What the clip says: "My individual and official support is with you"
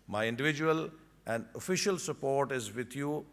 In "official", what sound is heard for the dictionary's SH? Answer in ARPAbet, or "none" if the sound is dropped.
SH